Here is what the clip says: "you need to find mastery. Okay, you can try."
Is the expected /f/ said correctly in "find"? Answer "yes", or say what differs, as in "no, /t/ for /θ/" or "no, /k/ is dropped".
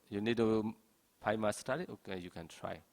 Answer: no, /p/ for /f/